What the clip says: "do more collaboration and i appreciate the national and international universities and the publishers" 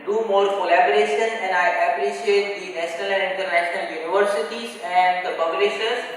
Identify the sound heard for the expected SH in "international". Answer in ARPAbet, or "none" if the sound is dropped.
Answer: none